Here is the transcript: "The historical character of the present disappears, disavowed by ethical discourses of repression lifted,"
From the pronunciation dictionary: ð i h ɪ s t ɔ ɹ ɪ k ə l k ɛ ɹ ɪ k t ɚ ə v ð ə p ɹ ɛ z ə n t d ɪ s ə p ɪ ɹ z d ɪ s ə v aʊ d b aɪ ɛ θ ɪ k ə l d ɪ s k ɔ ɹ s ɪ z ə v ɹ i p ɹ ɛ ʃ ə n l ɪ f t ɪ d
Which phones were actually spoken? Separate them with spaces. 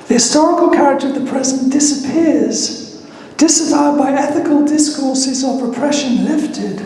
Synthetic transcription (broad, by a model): ð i h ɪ s t ɔ ɹ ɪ k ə l k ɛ ɹ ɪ k t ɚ ə v ð ə p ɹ ɛ z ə n d ɪ s ə p ɪ ɹ z d ɪ s ə v aʊ d b aɪ ɛ θ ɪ k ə l d ɪ s k ɔ ɹ s ɪ z ə v ɹ i p ɹ ɛ ʃ ə n l ɪ f t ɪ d